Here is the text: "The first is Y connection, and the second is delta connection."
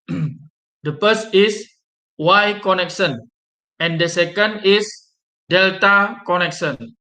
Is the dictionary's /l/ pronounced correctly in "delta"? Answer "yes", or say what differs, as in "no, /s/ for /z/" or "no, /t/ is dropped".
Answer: yes